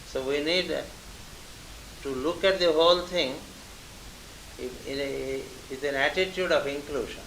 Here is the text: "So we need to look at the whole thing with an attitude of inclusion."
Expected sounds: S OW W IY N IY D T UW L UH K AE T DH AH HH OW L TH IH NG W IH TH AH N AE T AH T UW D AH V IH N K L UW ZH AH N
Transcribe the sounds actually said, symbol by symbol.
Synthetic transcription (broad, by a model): S OW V IY N IY D T UW L UH K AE T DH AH HH OW L T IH NG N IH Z AH N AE T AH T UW D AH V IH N K L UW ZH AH N